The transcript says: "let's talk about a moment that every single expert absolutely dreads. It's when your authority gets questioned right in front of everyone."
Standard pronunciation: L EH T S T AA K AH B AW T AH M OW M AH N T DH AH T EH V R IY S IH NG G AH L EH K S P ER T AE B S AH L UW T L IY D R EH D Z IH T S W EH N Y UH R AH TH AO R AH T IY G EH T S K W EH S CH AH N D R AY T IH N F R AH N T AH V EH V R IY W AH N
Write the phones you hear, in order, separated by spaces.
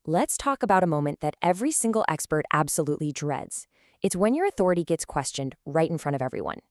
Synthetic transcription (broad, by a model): L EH T S T AA K AH B AW T AH M OW M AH N DH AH T EH V R IY S IH NG G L EH K S P ER T AE B S AH L UW T L IY D R EH D Z IH T S W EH N Y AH R AH TH AO R AH T IY G EH T S K W EH S CH AH N D R AY T N F R AH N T AH V EH V R IY W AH N